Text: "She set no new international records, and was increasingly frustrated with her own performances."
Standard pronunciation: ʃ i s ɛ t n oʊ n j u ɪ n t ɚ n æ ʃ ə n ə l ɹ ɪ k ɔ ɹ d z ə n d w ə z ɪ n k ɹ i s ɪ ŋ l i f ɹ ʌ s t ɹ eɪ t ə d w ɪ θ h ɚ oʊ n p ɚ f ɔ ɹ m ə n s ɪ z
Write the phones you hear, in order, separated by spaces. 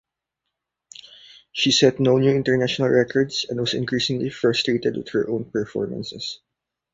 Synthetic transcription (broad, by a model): ʃ i s ɛ t n oʊ n j u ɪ n t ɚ n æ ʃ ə n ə l ɹ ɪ k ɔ ɹ d s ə n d w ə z ɪ n k ɹ i s ɪ ŋ l i f ɹ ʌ s t ɹ eɪ t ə d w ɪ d h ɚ oʊ n p ɚ f ɔ ɹ m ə n s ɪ s